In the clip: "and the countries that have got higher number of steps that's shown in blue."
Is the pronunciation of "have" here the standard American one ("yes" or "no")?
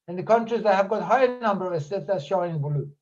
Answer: yes